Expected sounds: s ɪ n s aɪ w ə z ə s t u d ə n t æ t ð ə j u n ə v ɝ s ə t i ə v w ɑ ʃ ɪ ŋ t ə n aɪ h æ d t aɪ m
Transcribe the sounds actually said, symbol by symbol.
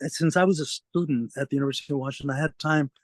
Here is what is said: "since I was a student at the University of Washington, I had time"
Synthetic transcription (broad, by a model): s ɪ n s aɪ w ə z ə s t u d n t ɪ t ð ə j u n ə v ɝ s ə t i ə v w ɑ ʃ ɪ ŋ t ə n aɪ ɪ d t aɪ m